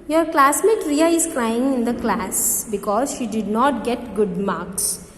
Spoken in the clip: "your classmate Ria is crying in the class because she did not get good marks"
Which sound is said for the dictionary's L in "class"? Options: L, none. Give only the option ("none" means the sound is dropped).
L